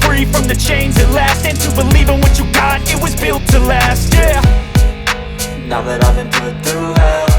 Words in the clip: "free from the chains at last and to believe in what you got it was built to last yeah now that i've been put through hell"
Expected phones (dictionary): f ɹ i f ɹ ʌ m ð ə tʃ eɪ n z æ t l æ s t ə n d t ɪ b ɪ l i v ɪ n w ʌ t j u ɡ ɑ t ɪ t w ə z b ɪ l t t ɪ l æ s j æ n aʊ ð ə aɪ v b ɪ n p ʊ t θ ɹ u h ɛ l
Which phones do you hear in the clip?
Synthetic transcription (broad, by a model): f ɹ i f ɹ ʌ m ð ə tʃ eɪ n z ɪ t l æ s t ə n t ɪ b ɪ l i v ɪ n w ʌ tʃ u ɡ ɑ t ɪ t w ə z b ɪ l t t ɪ l æ s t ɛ n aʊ ð ə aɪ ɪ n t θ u